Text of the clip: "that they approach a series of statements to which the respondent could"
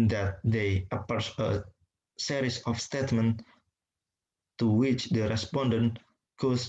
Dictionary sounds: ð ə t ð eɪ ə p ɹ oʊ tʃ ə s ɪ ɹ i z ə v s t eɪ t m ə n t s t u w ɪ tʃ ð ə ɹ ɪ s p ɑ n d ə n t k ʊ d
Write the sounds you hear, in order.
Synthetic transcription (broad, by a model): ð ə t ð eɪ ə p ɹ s ə s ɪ ɹ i s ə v s t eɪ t m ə n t t u w ɪ tʃ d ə ɹ ɪ s p ɑ n d ə n t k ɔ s